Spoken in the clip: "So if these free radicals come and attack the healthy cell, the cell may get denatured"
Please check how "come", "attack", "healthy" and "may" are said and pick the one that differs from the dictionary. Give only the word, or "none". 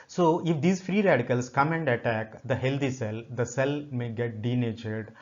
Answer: healthy